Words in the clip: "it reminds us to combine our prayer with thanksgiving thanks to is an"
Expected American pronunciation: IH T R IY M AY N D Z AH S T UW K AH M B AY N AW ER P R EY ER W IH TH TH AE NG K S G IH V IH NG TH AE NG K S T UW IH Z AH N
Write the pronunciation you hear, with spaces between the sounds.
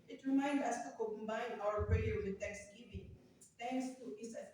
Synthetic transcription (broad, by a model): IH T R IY M AY N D AH S T UW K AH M B AY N AW ER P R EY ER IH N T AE K S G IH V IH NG T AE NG K S T UW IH S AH